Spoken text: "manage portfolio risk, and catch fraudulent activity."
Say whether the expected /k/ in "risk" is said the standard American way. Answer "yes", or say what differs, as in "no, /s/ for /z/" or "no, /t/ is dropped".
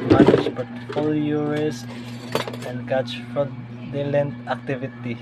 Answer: no, /k/ is dropped